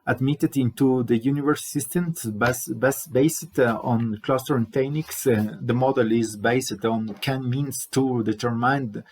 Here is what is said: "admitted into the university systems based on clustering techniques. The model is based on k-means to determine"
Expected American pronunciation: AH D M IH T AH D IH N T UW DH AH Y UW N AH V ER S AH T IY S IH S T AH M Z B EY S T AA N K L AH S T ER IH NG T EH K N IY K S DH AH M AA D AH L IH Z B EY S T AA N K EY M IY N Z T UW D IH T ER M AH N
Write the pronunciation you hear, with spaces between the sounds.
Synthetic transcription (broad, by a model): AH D M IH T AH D IH N T UW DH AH Y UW N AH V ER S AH T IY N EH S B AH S B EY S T AA N K L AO S T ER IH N T EH K N IY K S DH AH M AA D AH L IH Z B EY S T AA N K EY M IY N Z T UW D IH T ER M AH N